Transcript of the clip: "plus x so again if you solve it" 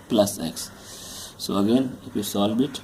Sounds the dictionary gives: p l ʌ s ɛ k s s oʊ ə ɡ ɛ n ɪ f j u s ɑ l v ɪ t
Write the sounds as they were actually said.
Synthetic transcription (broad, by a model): p l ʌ s ɛ k s s oʊ ə ɡ ɛ n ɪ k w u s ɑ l b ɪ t